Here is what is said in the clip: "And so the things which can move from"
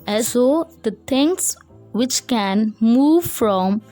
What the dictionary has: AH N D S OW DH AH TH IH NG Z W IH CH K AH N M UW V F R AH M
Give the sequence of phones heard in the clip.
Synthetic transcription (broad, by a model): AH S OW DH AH T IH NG S W IH CH K AH N M UW V F R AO M